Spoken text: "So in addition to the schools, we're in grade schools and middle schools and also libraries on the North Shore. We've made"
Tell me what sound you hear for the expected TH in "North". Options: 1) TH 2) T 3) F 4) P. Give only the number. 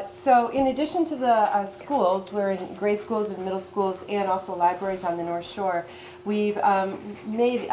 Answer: 1